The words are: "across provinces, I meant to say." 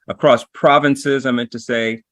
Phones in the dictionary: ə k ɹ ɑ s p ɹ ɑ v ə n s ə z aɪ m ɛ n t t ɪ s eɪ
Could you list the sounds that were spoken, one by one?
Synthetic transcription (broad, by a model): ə k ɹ ɑ s p ɹ ɑ v ə n s ə z aɪ m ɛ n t t ɪ s eɪ